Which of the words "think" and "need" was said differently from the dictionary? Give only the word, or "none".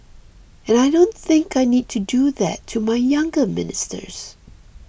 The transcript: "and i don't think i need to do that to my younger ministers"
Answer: none